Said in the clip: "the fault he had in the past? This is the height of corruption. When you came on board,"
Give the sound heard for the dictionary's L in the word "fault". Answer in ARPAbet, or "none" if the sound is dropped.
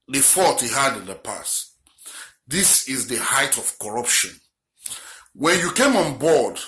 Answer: none